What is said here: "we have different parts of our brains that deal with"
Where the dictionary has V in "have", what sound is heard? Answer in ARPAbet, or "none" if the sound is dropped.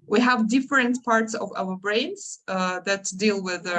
V